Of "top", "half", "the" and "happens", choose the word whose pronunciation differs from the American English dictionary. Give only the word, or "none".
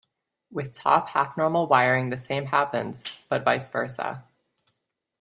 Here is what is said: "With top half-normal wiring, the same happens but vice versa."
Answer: half